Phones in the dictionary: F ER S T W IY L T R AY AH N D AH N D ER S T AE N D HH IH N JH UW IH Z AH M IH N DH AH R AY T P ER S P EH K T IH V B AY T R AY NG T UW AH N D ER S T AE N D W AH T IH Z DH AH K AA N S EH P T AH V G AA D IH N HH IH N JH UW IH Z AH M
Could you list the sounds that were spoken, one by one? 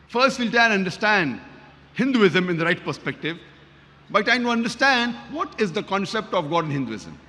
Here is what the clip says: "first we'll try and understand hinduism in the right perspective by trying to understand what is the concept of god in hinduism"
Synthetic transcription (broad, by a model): F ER S T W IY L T AY AH N D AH D S T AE N D HH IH N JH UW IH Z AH M IH N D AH R AY T P ER S P EH K T IH V B AY T AY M T UW AH N D ER S T AE N D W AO T IH Z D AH K AA N S EH P T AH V G AA D IH N HH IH N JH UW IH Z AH M